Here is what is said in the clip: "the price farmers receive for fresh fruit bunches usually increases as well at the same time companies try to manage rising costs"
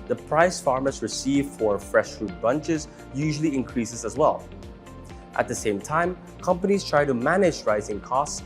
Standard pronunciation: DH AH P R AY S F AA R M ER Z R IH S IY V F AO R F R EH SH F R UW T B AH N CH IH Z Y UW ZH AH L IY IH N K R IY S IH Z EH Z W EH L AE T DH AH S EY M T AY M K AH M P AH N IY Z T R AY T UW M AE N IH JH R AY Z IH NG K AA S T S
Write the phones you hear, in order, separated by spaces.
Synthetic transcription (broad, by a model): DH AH P R AY S F AA R M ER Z R IH S IY V F AO R F R EH SH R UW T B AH N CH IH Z Y UW ZH AH L IY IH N K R IY S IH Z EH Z W EH L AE T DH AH S EY M T AY M K AH M P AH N IY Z T R AY T UW M AE N IH JH R AY Z IH NG K AA S T S